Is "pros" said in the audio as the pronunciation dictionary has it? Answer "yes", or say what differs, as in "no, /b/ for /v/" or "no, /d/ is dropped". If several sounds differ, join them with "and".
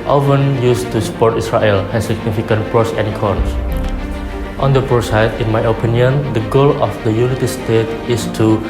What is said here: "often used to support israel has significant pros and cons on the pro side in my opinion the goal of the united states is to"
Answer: no, /s/ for /z/